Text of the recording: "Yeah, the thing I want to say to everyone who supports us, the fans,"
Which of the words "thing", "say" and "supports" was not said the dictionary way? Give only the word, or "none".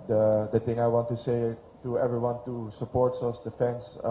thing